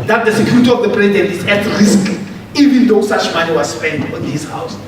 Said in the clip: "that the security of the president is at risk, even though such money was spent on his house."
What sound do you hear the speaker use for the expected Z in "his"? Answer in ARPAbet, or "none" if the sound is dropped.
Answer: S